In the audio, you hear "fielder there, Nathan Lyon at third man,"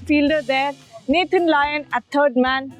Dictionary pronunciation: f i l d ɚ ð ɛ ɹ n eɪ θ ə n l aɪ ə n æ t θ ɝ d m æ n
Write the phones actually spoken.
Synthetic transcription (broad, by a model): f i l d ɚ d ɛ ɹ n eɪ t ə n l aɪ ə n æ t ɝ d m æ n